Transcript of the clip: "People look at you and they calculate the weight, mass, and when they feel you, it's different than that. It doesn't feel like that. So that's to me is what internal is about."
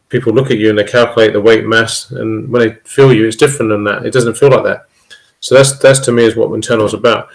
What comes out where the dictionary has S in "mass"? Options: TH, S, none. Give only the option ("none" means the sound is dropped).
S